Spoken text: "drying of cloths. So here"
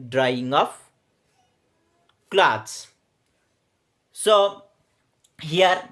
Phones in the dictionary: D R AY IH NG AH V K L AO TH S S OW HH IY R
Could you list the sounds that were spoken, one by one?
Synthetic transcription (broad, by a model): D R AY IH NG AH P K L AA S S OW HH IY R